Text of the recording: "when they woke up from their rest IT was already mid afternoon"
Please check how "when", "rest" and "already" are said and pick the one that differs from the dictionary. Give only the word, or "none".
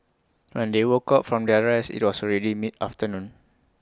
rest